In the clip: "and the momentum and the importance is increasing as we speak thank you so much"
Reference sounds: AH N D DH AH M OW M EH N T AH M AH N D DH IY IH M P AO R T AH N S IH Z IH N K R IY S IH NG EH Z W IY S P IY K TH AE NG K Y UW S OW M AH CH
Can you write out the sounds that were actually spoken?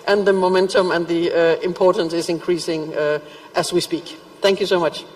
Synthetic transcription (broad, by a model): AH N DH AH M OW M EH N T AH M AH N DH IY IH M P AO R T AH N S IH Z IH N K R IY S IH NG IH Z W IY S P IY K TH AE NG K Y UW S OW M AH CH